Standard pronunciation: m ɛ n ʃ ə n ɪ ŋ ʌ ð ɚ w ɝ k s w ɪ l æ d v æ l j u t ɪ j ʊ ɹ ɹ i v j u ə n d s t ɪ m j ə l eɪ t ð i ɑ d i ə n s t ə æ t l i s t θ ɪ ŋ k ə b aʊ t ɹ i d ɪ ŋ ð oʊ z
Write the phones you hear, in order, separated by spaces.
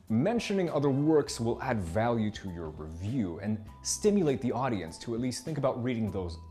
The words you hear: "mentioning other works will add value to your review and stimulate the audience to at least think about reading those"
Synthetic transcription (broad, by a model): m ɛ n ʃ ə n ɪ ŋ ʌ ð ɚ w ɝ k s w ɪ l æ d v æ l j u t ɪ j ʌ ɹ ɹ i v j u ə n s t ɪ m j ə l eɪ t ð i ɑ d i ə n s t ə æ t l i s t θ ɪ ŋ k ə b aʊ t ɹ i d ɪ ŋ ð oʊ z